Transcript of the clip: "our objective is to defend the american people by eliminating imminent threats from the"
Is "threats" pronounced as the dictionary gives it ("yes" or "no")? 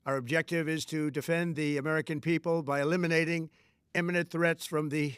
yes